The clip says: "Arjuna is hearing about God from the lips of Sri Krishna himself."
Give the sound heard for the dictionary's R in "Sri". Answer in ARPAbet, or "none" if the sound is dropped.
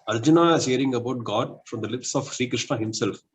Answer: R